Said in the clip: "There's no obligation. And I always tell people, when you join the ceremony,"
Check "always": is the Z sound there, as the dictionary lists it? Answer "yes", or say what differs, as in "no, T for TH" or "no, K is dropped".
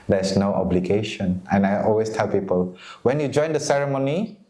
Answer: no, S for Z